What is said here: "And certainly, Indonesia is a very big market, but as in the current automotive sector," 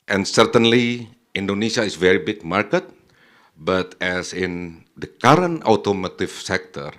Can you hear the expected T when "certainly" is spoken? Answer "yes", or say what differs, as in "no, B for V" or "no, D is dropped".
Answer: yes